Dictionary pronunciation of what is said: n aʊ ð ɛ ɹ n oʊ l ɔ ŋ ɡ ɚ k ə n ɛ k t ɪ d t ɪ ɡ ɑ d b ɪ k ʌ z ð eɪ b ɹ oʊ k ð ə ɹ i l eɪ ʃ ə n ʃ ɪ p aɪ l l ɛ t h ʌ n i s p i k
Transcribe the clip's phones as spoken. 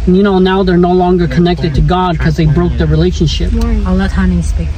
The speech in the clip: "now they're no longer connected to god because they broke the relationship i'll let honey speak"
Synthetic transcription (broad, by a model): n aʊ ð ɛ ɹ n oʊ l ɔ ŋ ɡ ɚ k ə n ɛ k t ɪ d t ɪ ɡ ɑ d k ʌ z ð eɪ b ɹ oʊ k ð ə ɹ i l eɪ ʃ ə n ʃ ɪ p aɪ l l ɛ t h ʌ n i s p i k